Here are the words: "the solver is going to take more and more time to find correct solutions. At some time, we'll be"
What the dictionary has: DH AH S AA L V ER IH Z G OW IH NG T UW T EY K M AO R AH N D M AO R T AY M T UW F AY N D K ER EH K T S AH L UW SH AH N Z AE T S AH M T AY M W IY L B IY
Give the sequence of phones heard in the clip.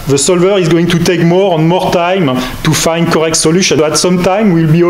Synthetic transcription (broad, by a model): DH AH S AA L V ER IH Z G OW IH NG T UW T EY K M AO R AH N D M AO R T AY M T UW F AY N D K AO EH K T S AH L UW SH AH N AE T S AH M T AY M W IY L B IY